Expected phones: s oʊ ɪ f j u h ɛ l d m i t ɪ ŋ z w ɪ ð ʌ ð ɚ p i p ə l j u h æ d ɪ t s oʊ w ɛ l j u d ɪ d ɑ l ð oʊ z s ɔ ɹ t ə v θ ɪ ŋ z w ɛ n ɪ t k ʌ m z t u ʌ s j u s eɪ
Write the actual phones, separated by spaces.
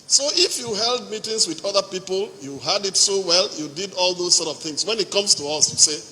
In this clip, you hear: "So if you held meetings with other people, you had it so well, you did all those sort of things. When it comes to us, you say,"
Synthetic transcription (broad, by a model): s oʊ ɪ f j u h ɛ l d m i t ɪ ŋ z w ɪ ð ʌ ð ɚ p i p ə l j u h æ d ɪ t s oʊ w ɛ l j u d ɪ d ɑ l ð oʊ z s ɔ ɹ t ə v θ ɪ ŋ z w ɛ n ɪ t k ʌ m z t u ʌ s j u s eɪ